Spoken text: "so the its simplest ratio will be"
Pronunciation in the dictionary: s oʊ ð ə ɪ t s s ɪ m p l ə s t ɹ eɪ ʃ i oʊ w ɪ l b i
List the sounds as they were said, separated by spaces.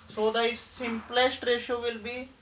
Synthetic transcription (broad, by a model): s oʊ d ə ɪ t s s ɪ m p l ə s t ɹ eɪ ʃ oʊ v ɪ l b i